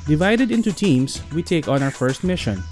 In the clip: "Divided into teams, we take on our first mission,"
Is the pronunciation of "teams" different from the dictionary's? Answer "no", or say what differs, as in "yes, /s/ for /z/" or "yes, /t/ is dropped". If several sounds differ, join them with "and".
yes, /s/ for /z/